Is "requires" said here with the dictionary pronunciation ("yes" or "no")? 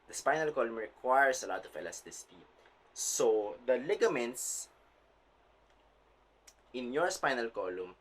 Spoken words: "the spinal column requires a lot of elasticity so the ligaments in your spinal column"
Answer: no